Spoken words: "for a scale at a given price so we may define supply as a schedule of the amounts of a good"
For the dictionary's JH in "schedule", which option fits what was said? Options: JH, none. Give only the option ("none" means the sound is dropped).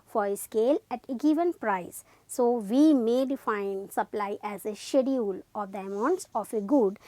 none